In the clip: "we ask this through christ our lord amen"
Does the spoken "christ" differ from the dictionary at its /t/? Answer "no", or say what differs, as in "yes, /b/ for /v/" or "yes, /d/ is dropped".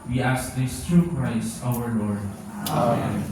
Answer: yes, /t/ is dropped